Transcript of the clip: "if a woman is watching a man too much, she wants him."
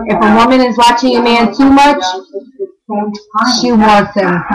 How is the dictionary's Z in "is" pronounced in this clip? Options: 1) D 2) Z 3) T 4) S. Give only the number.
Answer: 2